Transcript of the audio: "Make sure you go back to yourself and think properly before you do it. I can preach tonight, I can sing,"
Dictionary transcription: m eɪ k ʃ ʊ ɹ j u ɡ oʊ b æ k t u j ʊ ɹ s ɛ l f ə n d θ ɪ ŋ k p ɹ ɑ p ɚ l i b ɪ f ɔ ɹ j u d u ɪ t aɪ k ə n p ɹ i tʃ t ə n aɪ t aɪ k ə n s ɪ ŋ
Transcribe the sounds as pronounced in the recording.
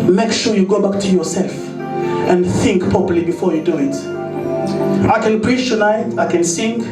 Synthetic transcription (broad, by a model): m eɪ k ʃ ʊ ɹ j u ɡ oʊ b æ k t u j ʊ ɹ s ɛ l f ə n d θ ɪ ŋ k p ɹ ɑ p ɚ l i b ɪ f ɔ ɹ j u d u ɪ t aɪ k ə n p ɹ i tʃ t ə n aɪ t aɪ k ə n s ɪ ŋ